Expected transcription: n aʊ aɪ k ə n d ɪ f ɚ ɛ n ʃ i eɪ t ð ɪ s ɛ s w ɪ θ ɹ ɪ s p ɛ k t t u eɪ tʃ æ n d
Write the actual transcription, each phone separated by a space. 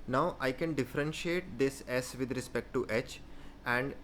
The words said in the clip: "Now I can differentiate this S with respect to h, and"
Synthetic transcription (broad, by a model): n aʊ aɪ k ə n d ɪ f ɚ ɛ n ʃ i eɪ t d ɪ s ɛ s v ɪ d ɹ ɪ s p ɛ k t t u eɪ tʃ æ n d